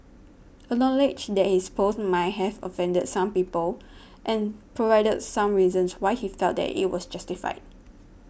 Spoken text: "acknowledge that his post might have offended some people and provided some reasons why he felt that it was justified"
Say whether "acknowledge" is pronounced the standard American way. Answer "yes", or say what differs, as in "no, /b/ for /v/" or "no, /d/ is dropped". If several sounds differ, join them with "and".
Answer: no, /k/ is dropped